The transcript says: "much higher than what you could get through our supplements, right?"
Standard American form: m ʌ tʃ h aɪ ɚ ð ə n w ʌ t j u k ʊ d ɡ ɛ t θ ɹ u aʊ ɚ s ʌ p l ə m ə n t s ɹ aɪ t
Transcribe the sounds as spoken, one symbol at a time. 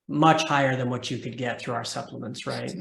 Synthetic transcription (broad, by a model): m ʌ tʃ h aɪ ɚ ð ə n w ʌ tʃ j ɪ k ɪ d ɡ ɛ t θ ɹ u aʊ ɚ s ʌ p l ə m ə n t s ɹ aɪ t